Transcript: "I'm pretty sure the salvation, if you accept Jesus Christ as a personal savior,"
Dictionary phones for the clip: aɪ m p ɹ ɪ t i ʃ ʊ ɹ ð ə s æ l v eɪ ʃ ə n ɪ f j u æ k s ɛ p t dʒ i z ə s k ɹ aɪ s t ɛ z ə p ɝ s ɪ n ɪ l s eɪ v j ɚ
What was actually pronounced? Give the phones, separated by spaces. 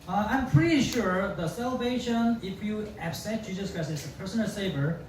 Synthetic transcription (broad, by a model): aɪ m p ɹ ɪ t i ʃ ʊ ɹ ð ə s æ l v eɪ ʃ ə n ɪ f j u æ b s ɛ t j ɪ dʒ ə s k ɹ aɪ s ɛ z ə p ɝ s ɪ n ɪ l s eɪ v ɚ